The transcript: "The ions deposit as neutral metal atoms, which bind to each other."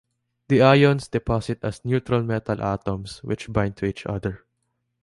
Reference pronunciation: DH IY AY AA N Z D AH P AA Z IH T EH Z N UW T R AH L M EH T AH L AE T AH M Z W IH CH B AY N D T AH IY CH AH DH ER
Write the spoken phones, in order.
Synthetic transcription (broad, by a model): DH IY AY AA N S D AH P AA S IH T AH S N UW T R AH L M EH T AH L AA T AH M S W IH CH B AY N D T AH IY CH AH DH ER